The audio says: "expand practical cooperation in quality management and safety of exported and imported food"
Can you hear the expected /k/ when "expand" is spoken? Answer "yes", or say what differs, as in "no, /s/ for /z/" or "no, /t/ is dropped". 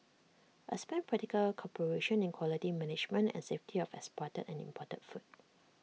no, /k/ is dropped